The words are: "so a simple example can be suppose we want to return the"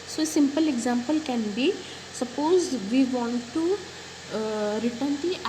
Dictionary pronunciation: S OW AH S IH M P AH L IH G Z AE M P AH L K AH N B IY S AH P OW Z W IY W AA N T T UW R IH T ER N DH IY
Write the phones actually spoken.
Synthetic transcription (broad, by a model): S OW AH S IH M P AH L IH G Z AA M P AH L K AH N B IY S AH P OW Z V IY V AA N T T UW R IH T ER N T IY